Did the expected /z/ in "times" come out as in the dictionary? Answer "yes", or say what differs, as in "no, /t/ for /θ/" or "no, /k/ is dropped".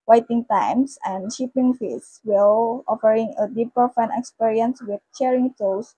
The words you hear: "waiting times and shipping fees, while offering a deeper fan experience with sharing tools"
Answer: no, /s/ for /z/